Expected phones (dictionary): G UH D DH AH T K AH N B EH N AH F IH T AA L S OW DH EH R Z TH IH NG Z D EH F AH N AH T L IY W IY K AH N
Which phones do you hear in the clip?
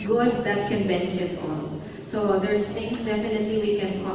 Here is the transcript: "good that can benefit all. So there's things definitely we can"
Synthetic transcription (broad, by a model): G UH D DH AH T K AH N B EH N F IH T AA N S OW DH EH R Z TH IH NG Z D EH F AH N AH T L IY W IY K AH N